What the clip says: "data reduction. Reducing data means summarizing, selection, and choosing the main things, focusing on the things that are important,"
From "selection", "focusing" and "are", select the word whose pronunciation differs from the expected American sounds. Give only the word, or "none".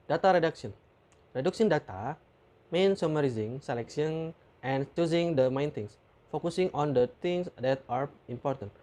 selection